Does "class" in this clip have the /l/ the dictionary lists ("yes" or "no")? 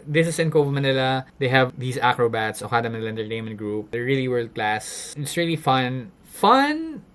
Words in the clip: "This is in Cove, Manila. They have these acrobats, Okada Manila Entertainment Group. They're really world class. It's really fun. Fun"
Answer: yes